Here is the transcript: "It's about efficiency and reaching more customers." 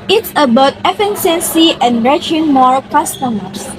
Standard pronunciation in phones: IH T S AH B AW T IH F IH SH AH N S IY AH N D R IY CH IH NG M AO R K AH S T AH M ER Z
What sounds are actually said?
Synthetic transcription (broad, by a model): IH T S AH B AW T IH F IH S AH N S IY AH N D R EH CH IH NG M AO R K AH S T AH M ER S